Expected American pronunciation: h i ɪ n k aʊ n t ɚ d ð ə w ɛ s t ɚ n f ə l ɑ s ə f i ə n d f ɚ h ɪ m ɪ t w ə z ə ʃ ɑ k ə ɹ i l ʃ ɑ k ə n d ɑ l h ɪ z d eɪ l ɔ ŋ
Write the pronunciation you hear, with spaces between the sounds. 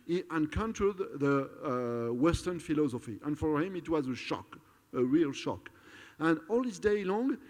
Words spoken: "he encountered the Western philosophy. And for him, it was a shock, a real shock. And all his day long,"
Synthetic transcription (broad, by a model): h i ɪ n k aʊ n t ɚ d ð ə w ɛ s t ɚ n f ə l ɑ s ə f i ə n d f ɚ h ɪ m ɪ t w ə z ə ʃ ɑ k ə ɹ i l ʃ ɑ k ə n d ɑ l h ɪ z d eɪ l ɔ ŋ